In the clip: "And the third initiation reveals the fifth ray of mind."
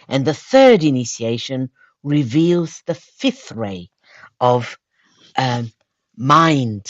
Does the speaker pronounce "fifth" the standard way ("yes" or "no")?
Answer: yes